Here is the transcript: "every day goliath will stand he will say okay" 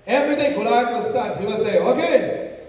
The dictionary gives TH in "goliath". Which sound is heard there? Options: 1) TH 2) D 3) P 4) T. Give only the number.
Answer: 4